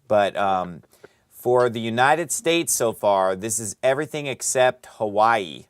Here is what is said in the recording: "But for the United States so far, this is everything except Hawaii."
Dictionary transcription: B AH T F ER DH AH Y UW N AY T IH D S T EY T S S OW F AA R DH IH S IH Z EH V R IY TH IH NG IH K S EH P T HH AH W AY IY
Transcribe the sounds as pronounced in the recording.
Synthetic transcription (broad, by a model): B AH T F ER DH AH Y UW N AY T IH D S T EY T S S OW F AA R DH IH S IH Z EH V R IY TH IH NG IH K S EH P T HH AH W AY IY